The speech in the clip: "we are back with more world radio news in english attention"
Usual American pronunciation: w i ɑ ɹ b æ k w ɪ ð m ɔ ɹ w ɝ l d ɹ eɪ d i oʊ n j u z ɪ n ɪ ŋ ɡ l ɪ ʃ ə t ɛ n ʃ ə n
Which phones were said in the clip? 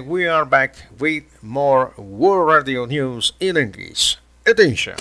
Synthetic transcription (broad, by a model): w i ɑ ɹ b æ k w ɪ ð m ɔ ɹ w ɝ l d ɹ eɪ d i oʊ n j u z ɪ n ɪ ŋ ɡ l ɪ s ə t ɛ n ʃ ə n